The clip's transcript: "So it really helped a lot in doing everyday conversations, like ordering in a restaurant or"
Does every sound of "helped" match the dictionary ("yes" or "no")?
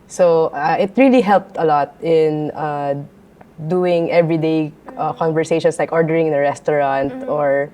yes